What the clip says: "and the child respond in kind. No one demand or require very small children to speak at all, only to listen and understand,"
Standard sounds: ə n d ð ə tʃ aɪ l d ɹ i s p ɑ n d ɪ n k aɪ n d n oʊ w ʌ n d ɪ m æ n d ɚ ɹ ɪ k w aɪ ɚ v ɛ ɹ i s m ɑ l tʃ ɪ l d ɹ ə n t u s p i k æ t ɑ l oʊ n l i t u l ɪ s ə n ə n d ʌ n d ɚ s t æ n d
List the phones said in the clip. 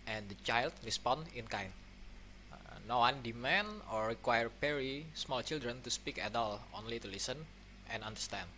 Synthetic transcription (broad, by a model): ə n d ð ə tʃ aɪ l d ɹ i s p ɑ n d ɪ n k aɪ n n oʊ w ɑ n d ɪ m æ n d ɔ ɹ ɪ k w aɪ ɚ p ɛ ɹ i s m ɑ l tʃ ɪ l d ɹ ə n t u s p i k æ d ɑ l oʊ n l i t u l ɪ s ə n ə n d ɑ n d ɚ s t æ n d